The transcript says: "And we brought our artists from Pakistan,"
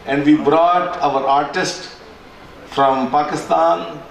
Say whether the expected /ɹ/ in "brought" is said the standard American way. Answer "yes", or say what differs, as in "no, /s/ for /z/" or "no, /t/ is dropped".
yes